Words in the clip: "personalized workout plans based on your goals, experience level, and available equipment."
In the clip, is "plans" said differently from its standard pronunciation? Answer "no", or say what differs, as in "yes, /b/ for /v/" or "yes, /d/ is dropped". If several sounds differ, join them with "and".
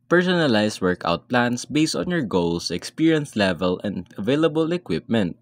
yes, /s/ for /z/